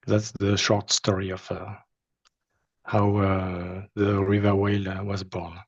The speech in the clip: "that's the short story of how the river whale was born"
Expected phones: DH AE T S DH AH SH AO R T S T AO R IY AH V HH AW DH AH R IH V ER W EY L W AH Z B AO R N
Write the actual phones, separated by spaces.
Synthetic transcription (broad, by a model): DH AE T S DH AH SH AO R T S T AO R IY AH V HH AW DH AH R IH V ER W EY L W AH Z B AO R N